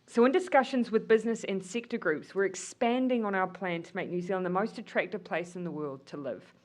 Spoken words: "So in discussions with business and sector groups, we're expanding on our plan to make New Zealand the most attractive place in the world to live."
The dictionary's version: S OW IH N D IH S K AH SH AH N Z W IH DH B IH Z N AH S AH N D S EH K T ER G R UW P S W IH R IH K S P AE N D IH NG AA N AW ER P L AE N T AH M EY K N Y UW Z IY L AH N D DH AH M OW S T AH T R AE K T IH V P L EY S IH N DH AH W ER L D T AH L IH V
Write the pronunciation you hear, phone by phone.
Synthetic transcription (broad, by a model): S OW IH N D IH S K AH SH AH N Z W IH DH B IH Z N AH S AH N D S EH K T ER G R UW P S W IH R IH K S P AE N D IH NG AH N AW ER P L AE N T AH M EY K N Y UW Z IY L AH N DH AH M OW S T AH T R AE K T IH V P L EY S IH N DH AH W ER L D T AH L IH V